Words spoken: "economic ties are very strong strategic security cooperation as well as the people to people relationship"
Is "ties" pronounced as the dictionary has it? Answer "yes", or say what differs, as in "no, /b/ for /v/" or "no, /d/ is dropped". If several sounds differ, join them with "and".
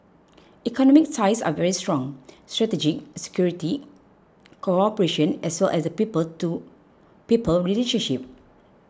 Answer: no, /s/ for /t/ and /s/ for /z/